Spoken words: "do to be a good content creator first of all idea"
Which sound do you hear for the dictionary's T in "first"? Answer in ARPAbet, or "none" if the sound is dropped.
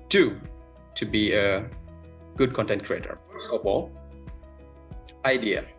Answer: none